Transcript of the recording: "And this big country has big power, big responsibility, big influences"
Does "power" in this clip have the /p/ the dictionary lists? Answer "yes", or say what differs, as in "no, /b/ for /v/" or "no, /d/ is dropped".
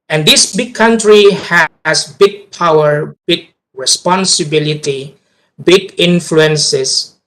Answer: yes